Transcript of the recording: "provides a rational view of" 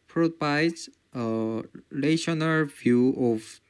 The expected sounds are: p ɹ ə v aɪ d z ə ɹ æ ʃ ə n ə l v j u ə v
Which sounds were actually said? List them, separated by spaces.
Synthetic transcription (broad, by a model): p ɹ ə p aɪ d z ə l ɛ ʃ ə n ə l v j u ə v